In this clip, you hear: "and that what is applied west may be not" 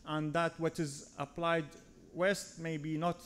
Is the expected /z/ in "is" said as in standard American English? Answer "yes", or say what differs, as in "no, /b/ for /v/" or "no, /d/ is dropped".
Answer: yes